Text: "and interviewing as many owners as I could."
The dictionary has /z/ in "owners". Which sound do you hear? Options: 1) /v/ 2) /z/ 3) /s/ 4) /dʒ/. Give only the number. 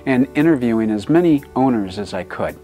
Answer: 2